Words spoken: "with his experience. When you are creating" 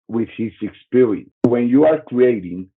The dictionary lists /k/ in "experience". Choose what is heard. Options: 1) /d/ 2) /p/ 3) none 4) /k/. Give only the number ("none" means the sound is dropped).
4